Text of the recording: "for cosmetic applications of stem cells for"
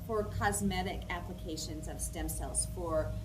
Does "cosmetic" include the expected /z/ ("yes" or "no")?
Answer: yes